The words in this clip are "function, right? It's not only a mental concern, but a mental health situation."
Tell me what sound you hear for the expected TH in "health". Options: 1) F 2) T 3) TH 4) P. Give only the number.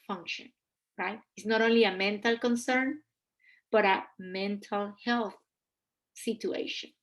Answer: 3